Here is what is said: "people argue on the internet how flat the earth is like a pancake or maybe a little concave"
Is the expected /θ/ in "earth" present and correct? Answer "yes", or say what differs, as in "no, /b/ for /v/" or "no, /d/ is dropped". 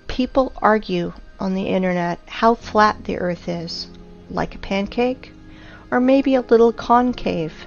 yes